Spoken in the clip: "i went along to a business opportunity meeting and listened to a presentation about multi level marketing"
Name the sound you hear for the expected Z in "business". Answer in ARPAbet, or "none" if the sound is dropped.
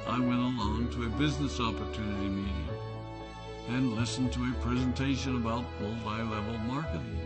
Z